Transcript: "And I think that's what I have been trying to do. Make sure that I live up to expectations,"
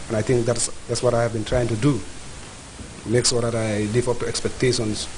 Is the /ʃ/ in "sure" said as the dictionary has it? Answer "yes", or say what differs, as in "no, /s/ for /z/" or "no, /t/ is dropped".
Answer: no, /s/ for /ʃ/